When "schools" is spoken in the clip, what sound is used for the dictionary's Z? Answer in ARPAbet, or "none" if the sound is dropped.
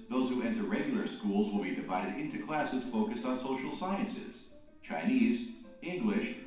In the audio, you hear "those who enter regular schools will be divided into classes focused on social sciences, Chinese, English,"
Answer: Z